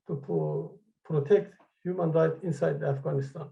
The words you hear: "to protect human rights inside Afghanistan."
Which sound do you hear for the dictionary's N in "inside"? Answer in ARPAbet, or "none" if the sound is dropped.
N